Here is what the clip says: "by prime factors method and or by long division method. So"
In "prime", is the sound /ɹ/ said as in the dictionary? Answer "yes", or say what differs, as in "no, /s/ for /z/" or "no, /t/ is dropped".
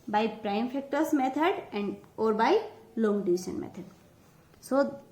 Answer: yes